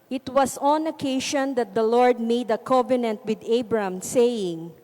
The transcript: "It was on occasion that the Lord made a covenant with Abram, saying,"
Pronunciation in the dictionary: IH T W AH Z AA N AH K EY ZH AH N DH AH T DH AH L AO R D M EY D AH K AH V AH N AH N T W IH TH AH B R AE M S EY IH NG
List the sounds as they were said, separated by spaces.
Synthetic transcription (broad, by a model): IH T W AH S AA N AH K EY SH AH N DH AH T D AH L AO R D M EY D AH K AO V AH N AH N T W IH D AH B R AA M S EY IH NG